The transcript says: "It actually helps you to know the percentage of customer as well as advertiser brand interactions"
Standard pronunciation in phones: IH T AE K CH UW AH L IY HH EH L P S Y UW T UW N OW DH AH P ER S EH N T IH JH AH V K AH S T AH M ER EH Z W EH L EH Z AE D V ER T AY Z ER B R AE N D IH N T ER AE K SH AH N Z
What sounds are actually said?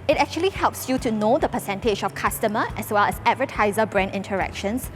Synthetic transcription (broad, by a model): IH T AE K CH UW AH L IY HH EH L P S Y UW T UW N OW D AH P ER S EH N T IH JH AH F K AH S T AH M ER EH S W EH L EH S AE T V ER T AY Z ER B R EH N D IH N T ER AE K SH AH N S